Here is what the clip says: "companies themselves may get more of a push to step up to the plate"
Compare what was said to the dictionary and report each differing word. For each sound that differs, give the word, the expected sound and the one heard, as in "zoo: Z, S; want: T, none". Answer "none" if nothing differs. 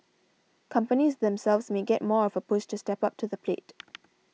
push: SH, S